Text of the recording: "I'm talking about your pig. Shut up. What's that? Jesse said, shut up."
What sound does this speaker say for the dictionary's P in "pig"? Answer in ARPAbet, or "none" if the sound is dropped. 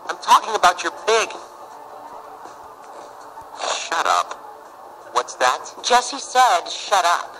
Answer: B